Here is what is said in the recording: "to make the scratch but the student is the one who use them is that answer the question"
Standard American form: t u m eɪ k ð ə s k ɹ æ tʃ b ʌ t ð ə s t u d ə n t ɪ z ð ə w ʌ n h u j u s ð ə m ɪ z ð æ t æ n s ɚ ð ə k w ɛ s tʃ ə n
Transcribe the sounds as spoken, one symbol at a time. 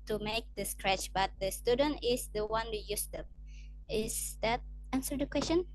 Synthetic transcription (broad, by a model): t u m eɪ k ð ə s k ɹ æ tʃ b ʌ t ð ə s t u d ə n t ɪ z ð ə w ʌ n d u j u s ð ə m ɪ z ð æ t æ n s ɚ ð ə k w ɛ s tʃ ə n